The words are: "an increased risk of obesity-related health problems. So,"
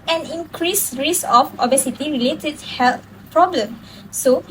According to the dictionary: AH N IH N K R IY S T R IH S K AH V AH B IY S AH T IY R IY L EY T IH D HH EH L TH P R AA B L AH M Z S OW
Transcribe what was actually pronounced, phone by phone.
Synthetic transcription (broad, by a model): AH N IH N K R IY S R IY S AH F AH B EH S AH T IY R IY L EY T IH D HH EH L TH P R AA B L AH M S OW